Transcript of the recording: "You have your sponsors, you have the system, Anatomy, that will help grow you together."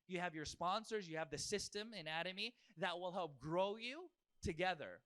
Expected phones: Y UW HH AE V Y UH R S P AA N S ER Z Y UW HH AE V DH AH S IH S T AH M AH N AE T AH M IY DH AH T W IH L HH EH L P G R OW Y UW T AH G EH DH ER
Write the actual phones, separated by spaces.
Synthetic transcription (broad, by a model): Y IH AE V Y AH R S P AA N S ER Z Y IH V DH AH S IH S T AH M AH N AE T AH M IY DH AH T W IH L HH EH L P G R OW Y UW T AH G EH DH ER